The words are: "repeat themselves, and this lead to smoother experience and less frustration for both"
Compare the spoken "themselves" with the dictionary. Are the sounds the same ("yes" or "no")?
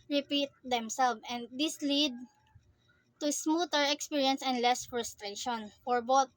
no